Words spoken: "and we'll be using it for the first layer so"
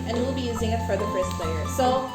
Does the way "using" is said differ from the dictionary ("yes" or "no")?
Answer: no